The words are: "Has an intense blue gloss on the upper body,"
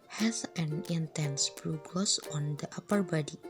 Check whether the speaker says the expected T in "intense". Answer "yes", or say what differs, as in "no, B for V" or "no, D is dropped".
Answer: yes